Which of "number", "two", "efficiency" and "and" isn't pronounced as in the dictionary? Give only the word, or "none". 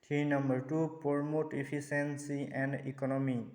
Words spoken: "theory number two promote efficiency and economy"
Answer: efficiency